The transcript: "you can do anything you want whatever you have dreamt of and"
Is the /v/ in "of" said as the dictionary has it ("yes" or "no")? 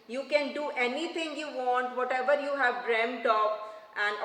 no